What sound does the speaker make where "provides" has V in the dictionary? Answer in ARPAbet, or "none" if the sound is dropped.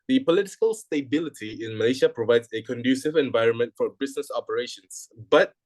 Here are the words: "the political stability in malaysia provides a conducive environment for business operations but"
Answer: V